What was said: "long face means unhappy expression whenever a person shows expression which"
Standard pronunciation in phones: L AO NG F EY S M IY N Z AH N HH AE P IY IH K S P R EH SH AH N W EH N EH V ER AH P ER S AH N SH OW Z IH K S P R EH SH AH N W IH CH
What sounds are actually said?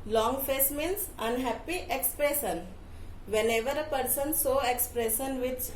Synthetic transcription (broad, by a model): L AO NG F EY S M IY N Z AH N HH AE P IY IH K S P R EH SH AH N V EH N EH V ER AH P ER S AH N S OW IH K S P R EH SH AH N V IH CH